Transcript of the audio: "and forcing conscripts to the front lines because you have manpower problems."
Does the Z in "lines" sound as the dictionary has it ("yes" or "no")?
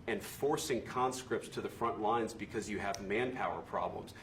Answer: yes